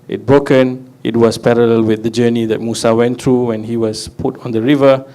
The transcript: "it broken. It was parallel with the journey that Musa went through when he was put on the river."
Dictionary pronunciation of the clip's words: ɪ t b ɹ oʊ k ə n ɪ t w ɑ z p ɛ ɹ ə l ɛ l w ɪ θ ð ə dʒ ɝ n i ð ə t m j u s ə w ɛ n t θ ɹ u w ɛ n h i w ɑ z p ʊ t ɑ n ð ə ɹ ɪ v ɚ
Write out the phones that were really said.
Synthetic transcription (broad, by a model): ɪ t b ɹ oʊ k ə n ɪ t w ɑ s p ɛ ɹ ə l ɛ l w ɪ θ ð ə dʒ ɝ n i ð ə t m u s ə w ɛ n t ɹ u w ɛ n h i w ɑ s p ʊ t ɑ n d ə ɹ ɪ v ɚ